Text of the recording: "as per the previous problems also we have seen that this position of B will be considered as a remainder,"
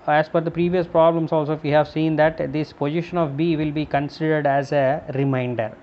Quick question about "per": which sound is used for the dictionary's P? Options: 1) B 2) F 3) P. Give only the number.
2